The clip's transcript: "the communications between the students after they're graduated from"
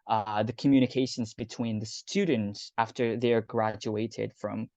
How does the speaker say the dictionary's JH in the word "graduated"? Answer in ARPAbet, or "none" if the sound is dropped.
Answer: JH